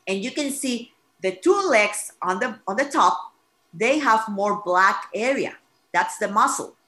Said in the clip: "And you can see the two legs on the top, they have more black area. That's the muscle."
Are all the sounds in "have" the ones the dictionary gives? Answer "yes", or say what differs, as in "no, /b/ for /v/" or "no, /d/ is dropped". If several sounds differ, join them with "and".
yes